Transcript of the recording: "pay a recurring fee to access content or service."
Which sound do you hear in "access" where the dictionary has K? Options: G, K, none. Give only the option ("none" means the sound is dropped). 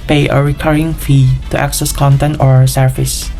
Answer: K